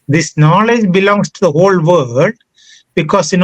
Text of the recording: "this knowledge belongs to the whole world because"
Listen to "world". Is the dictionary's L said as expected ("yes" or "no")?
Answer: no